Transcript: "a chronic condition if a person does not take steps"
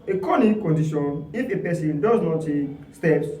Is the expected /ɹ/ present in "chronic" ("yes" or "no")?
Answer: no